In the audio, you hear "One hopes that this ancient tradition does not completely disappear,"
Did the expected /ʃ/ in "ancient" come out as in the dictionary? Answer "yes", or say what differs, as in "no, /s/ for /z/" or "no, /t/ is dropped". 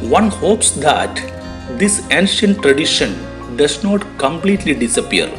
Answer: yes